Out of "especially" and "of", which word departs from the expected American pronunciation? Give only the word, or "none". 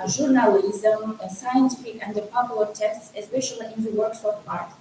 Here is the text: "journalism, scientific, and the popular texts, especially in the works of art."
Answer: of